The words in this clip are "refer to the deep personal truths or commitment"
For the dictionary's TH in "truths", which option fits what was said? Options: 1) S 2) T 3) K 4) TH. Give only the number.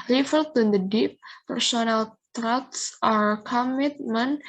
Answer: 2